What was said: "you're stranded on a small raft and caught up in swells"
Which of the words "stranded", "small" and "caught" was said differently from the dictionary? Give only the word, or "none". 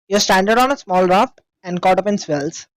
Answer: stranded